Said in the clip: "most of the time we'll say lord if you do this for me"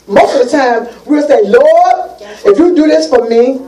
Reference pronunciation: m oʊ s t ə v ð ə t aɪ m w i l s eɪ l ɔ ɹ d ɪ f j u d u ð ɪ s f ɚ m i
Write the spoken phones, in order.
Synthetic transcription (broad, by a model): m oʊ s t ə v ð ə t aɪ m w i w s eɪ l ɔ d ɪ f j u d u ð ɪ s f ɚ m i